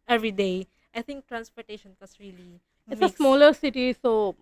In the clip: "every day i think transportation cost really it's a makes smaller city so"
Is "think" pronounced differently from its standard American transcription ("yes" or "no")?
yes